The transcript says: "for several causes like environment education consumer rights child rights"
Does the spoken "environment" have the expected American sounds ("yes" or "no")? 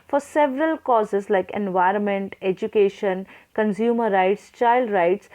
yes